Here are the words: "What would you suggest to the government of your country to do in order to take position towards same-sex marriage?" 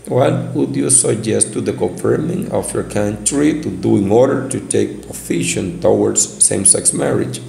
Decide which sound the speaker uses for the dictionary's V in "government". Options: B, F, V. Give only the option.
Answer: F